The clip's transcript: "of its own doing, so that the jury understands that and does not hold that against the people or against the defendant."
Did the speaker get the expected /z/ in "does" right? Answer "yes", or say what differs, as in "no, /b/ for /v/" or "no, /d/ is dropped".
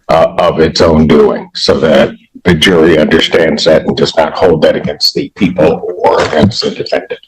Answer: no, /s/ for /z/